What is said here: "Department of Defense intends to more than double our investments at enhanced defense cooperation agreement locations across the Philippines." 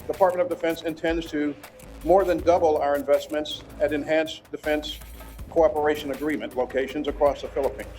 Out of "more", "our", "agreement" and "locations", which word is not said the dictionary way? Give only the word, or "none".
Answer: none